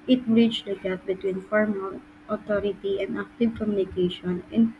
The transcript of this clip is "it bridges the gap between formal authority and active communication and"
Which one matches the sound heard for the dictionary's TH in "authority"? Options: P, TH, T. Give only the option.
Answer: T